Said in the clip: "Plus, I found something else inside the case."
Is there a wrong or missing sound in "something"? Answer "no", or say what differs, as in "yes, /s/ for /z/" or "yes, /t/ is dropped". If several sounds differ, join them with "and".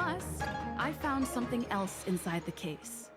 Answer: no